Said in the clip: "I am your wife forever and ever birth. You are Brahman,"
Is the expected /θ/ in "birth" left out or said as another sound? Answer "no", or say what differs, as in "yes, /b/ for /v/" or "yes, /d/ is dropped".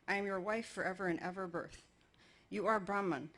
no